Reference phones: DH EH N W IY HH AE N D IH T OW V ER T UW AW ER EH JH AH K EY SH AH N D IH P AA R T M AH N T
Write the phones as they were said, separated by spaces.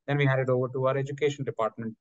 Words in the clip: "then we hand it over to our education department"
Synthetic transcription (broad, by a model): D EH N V IY HH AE D IH T OW V ER T UW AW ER EH JH AH K EY SH AH N D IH P AA R T M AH N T